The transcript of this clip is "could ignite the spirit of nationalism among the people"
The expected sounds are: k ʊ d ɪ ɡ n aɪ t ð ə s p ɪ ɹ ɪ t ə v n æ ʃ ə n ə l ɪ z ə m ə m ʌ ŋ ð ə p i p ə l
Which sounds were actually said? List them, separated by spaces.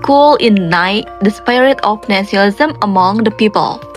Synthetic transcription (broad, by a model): k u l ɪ n aɪ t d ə s p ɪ ɹ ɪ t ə f n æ s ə ə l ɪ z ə m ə m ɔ ŋ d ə p i p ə l